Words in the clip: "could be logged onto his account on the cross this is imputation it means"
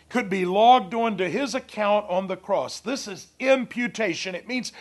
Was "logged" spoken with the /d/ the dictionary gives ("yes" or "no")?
yes